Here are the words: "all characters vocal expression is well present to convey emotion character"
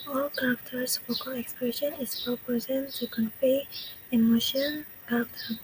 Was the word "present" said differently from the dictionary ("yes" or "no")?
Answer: yes